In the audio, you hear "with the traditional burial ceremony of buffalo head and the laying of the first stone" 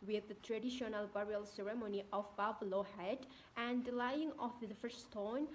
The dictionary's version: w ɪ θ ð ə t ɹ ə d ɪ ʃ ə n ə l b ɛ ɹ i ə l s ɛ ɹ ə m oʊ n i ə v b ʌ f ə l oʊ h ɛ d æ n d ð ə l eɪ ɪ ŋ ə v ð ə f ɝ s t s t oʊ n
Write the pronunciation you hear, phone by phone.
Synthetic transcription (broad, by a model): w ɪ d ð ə t ɹ ə d ɪ ʃ ə n ə l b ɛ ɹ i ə l s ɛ ɹ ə m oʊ n i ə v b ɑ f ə l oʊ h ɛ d æ n d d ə l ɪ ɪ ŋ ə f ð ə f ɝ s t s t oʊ n